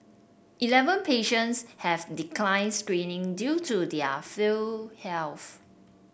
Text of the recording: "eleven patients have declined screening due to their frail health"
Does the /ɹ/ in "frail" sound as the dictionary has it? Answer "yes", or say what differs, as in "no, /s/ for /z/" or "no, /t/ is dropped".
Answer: no, /ɹ/ is dropped